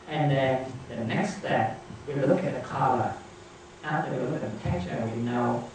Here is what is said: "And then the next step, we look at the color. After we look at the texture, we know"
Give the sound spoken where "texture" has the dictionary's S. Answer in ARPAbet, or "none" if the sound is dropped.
none